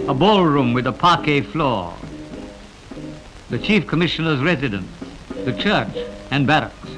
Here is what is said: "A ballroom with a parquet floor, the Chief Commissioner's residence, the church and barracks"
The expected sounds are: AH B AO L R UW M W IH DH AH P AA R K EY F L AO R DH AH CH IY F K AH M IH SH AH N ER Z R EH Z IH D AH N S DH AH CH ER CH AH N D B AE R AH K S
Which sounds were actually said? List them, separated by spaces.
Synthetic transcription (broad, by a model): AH B AO L R UW M W IH DH AH P AA R K EY F L AO R DH AH CH IY F K AH M IH SH AH N ER Z R EH Z IH D AH N S DH AH CH ER CH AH N B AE R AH K S